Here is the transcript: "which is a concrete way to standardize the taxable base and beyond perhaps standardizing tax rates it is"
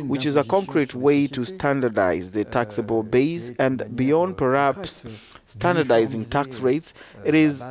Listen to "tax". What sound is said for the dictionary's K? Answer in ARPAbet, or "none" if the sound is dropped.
K